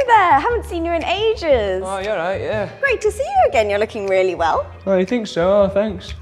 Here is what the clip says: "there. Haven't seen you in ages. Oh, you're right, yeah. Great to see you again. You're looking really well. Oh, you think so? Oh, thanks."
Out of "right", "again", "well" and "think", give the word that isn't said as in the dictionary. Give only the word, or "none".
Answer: none